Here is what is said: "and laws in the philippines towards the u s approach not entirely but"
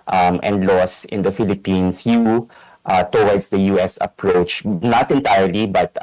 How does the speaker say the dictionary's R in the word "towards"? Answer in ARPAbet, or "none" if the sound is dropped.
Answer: W